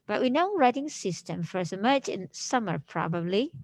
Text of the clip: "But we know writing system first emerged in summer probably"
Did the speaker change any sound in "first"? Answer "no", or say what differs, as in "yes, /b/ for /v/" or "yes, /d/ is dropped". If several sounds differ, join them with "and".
yes, /t/ is dropped